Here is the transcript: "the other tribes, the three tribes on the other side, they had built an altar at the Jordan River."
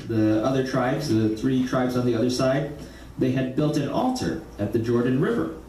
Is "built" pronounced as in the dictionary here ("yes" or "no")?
yes